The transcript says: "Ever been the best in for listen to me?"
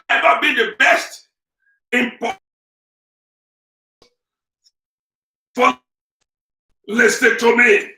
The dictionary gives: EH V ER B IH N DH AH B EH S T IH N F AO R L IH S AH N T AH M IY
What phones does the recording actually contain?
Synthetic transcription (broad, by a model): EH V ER B IH N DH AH B EH S T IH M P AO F L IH S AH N T AH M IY